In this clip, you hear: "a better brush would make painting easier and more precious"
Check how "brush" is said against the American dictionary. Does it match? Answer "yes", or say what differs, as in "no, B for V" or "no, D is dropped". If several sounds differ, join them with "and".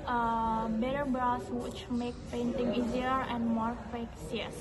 no, S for SH